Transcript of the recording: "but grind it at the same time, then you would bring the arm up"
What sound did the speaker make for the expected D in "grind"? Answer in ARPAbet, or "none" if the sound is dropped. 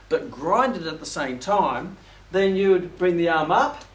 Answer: D